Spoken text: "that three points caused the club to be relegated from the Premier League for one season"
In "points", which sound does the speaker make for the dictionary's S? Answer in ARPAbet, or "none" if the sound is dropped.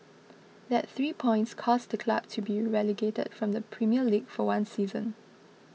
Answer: S